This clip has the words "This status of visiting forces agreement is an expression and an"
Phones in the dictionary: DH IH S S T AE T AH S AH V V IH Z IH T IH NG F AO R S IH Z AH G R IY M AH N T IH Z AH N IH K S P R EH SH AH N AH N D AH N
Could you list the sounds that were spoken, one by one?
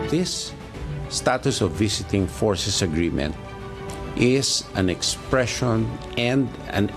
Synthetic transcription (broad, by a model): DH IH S S T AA T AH S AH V V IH S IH T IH NG F AO R S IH S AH G R IY M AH N T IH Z AH N IH K S P R EH SH AH N AH N D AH N